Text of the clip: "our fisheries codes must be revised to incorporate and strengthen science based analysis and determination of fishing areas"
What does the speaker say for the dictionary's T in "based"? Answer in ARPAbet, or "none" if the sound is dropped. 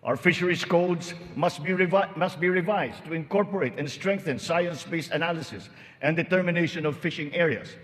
none